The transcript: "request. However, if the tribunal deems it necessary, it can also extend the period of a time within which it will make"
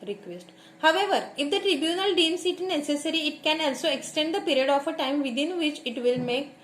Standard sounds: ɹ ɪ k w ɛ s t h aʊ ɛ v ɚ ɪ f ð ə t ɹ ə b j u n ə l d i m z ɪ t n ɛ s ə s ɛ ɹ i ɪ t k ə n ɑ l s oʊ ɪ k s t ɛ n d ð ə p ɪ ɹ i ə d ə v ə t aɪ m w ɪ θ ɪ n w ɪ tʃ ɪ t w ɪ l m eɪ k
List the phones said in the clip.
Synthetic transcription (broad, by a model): ɹ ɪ k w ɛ s t h aʊ ɛ v ɚ ɪ f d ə t ɹ ə b j u n ə l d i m s ɪ t n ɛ s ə s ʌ ɹ i ɪ t k ə n ɑ l s oʊ ɪ k s t ɛ n d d ə p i ɹ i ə d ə f ə t aɪ m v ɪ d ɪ n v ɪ tʃ ɪ t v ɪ l m eɪ k